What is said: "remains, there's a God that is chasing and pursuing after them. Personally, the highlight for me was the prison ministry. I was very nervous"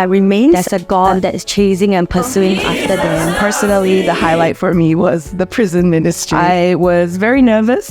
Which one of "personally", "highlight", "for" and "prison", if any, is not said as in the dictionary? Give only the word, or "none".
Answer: none